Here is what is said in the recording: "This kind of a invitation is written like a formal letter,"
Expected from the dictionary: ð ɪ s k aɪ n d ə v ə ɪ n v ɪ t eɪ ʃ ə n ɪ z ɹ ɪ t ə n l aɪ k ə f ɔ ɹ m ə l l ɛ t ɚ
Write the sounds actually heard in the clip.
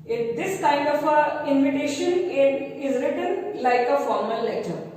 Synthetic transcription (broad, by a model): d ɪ s k aɪ n d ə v ə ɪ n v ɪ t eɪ ʃ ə n ɪ z ɹ ɪ t ə n l aɪ k ə f ɔ ɹ m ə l l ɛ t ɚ